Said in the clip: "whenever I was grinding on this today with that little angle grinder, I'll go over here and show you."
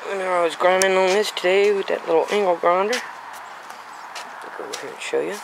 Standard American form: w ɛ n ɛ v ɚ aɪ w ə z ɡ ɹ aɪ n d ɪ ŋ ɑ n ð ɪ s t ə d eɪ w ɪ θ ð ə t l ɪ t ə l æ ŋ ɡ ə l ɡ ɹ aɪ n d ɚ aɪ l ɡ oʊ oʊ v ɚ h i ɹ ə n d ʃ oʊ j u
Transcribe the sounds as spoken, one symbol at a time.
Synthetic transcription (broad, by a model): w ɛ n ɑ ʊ aɪ w ə z ɡ ɹ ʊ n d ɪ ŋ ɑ n ð ɪ s t ə d eɪ w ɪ ð ə t l ɪ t l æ ŋ ɡ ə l ɡ ɹ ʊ n d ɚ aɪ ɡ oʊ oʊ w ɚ h i ɹ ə n ʃ oʊ j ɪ